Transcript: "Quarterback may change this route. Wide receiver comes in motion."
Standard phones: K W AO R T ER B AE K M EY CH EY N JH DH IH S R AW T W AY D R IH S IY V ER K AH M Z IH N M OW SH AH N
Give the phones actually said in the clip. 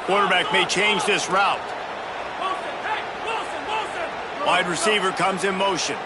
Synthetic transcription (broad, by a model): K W AO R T ER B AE K M EY CH EY N JH DH IH S R AW T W AY D R IH S IY V ER K AH M Z IH N M OW SH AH N